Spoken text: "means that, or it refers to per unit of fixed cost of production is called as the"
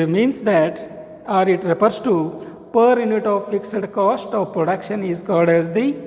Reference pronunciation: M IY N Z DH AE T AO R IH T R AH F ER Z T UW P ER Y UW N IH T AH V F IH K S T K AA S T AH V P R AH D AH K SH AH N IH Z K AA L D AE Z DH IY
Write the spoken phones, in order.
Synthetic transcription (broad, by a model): M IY N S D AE T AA R IH T R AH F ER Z T UW P ER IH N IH T AH V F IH K S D K AA S T AH V P R AH D AH K SH AH N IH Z K AA L D AE Z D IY